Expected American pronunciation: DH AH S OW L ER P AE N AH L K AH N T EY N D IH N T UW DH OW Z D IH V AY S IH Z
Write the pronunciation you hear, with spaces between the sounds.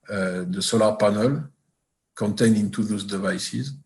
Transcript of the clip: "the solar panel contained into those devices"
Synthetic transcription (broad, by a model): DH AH S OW L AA P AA N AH L K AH N T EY N IH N T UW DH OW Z D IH V AY S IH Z